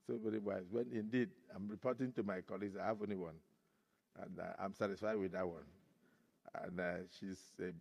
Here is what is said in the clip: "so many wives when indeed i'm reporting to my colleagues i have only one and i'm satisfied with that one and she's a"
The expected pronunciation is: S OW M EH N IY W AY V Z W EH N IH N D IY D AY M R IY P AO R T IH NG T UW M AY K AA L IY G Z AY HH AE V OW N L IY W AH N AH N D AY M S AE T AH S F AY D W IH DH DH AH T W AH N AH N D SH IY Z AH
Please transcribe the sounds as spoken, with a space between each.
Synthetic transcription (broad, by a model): S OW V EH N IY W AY Z W EH N IH N D IY D AY M R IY P AO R T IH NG T UW M AY K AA L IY G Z AY HH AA V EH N IY W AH N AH N AY M S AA T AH S F AY D W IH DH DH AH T W AH N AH N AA SH IY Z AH